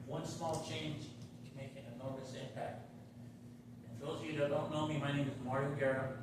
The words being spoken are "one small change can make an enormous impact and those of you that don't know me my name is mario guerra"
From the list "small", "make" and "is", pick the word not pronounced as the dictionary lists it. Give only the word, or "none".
none